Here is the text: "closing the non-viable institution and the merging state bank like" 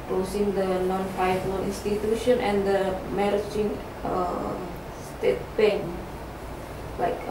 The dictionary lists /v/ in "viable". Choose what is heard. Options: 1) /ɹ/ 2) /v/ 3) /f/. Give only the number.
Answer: 3